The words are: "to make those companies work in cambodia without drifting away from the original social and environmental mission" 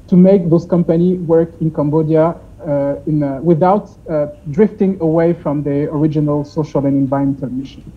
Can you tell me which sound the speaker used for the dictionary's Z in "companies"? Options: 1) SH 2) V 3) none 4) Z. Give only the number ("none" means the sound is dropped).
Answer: 3